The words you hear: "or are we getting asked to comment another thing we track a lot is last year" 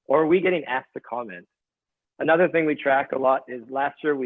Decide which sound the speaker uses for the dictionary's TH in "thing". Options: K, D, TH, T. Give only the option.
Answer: TH